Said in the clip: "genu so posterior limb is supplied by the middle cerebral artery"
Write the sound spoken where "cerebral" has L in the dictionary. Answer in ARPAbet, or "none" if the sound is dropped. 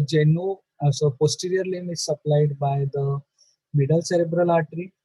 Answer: L